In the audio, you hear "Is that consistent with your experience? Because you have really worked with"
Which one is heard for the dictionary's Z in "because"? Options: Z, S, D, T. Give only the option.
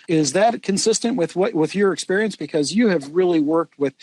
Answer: Z